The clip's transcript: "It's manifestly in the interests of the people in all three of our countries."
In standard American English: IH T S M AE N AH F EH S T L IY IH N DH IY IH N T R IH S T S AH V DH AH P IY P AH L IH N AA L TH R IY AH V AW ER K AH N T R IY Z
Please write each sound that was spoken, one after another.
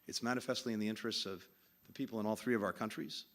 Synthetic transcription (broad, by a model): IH T S M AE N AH F EH S T L IY IH N DH IY IH N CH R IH S T S AH V DH AH P IY P L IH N AA L TH R IY AH V AW ER K AH N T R IY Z